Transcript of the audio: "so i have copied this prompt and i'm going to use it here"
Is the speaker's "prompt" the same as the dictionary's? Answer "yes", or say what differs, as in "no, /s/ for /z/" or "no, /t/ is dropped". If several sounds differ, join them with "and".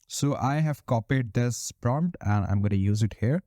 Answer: yes